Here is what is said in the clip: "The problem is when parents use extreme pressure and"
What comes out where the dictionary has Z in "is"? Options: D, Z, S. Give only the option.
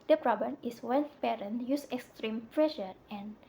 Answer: S